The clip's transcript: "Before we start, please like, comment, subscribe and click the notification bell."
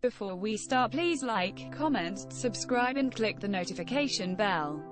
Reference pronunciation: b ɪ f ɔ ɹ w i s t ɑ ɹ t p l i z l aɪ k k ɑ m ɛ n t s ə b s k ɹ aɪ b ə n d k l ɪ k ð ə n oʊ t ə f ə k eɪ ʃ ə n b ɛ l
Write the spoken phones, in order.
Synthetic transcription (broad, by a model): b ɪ f ɔ w i s t ɑ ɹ t p l i z l aɪ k k ɑ m ɛ n t s ə b s k ɹ aɪ b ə n k l ɪ k ð ə n oʊ t ə f ə k eɪ ʃ ə n b ɛ l